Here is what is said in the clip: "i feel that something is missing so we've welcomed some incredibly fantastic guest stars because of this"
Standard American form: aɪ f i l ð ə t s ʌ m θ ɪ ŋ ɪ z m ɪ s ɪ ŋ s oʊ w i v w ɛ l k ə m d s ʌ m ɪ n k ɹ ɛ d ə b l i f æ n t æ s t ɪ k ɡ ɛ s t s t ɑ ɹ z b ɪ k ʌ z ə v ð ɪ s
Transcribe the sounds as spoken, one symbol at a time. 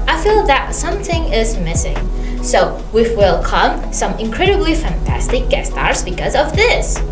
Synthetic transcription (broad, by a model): aɪ f i l ð ə t s ʌ m θ ɪ ŋ ɪ z m ɪ s ɪ ŋ s oʊ w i f w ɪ l k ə m s ʌ m ɪ n k ɹ ɛ d ə b l i f æ n t æ s t ɪ k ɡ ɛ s s t ɑ ɹ z b ɪ k ʌ z ə v ð ɪ s